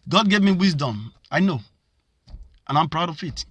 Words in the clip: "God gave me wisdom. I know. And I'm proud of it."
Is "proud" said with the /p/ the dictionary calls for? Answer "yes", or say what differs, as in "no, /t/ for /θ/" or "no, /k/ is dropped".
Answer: yes